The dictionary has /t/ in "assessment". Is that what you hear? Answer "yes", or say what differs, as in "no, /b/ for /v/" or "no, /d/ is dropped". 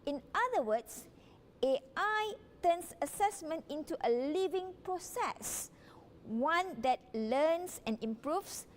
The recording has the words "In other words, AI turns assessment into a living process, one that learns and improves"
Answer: yes